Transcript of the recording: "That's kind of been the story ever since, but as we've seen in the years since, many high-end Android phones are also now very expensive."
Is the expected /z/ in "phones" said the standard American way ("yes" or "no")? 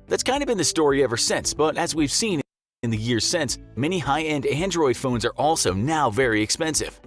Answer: yes